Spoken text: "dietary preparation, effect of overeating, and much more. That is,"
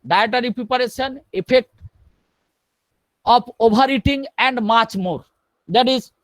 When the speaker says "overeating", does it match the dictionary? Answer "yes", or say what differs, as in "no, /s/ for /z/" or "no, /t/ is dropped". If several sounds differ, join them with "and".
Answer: no, /b/ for /v/